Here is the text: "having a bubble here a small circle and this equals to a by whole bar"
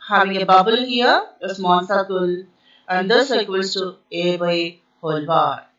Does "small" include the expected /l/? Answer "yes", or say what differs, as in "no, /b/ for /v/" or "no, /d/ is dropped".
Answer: no, /n/ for /l/